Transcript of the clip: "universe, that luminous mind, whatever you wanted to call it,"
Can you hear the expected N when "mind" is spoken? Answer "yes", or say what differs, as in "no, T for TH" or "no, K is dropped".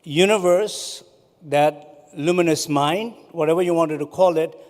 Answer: yes